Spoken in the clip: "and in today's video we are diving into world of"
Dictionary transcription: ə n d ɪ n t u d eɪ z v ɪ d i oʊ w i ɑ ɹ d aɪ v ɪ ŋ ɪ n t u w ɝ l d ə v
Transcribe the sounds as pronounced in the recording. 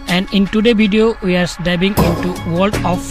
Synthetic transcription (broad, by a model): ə n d ɪ n t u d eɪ v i d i oʊ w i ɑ ɹ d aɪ b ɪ ŋ ɪ n t u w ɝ l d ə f